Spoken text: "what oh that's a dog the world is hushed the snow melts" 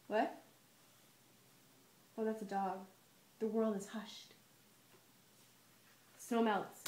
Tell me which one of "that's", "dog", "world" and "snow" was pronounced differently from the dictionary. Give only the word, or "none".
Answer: none